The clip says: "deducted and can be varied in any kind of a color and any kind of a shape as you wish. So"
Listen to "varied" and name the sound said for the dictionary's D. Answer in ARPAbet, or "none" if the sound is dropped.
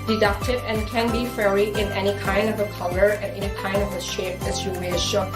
none